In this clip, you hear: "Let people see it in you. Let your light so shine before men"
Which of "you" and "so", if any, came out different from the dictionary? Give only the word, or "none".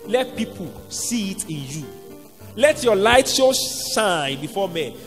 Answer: so